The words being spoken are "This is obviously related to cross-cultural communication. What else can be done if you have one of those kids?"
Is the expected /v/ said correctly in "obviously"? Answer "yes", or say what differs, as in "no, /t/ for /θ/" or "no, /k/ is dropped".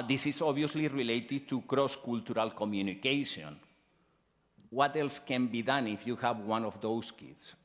no, /v/ is dropped